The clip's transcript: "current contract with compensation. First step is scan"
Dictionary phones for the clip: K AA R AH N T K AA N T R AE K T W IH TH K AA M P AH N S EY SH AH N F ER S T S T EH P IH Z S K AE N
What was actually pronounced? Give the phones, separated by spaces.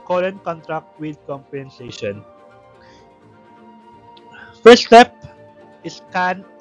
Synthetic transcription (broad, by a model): K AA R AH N K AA N T R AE K T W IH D K AA M P AH N S EY SH AH N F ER T S T EH P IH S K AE N